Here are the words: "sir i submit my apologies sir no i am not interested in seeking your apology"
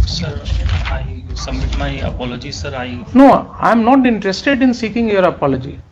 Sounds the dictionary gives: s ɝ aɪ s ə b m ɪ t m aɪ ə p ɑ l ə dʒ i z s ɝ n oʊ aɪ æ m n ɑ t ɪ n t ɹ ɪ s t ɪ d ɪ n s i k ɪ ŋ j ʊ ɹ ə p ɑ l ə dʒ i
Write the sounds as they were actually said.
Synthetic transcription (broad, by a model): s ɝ aɪ s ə m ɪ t m aɪ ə p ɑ l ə dʒ i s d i n oʊ aɪ m n ɑ t ɪ n t ɹ ɪ s t ɪ d ɪ n s i k ɪ ŋ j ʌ ɹ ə p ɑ l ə dʒ i